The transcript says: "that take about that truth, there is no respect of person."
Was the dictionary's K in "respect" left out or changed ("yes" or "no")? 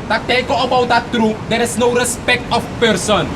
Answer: no